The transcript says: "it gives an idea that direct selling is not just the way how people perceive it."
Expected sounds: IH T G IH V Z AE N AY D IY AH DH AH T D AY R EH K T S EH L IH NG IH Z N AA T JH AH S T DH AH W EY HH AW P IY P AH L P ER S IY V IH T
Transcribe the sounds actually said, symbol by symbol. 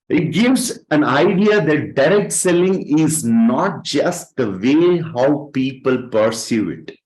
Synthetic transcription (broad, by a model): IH T G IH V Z AE N AY D IY AH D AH T D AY R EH K T S EH L IH NG IH Z N AA T JH AH S T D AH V EY HH AW P IY P AH L P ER S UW IH T